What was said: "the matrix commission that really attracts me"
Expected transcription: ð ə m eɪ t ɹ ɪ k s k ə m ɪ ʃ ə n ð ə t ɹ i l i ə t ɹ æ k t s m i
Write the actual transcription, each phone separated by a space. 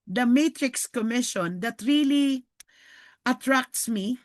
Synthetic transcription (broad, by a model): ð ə m eɪ t ɹ ɪ k s k ə m ɪ ʃ ə n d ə t ɹ i l i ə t ɹ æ k t s m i